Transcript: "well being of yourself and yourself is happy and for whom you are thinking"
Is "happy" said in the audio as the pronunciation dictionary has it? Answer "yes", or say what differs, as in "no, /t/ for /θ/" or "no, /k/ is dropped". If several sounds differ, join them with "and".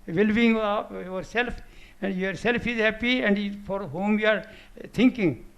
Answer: yes